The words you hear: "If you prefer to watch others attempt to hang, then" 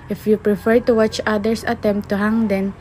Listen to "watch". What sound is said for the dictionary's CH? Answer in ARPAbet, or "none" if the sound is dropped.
CH